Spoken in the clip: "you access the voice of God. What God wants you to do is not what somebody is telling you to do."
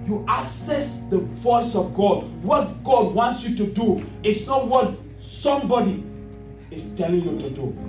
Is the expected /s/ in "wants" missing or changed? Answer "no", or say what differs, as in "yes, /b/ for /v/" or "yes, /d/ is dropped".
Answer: no